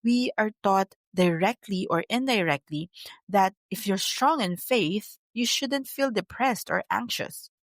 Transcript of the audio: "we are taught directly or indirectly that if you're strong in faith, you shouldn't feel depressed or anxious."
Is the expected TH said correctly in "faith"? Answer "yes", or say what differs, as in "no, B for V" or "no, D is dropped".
yes